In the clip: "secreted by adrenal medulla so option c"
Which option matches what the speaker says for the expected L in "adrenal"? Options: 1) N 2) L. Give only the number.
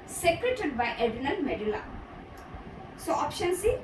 1